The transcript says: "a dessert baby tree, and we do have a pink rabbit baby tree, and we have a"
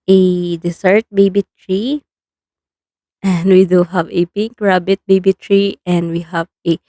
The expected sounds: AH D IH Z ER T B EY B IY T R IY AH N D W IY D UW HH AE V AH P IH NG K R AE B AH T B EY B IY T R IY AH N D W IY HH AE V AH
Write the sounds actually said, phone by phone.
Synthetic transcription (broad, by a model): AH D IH S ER T B EY B IY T R IY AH N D W IY D UW HH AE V AH P IH NG K R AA B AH T B EY B IY T R IY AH N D W IY HH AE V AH